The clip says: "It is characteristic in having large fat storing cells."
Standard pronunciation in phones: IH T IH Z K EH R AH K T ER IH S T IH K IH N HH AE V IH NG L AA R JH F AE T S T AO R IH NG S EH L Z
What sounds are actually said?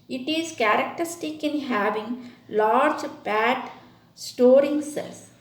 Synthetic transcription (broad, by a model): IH T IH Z K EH R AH K T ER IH S T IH K IH N HH AE V IH NG L AA R JH P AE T S T AO R IH NG S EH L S